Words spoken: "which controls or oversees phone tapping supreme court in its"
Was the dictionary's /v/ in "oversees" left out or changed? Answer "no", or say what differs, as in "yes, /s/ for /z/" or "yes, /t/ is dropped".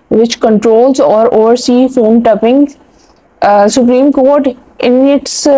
yes, /v/ is dropped